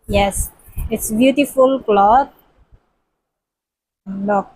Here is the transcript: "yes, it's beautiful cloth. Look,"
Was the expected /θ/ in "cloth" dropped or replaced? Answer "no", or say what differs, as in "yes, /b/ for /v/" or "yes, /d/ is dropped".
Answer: yes, /t/ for /θ/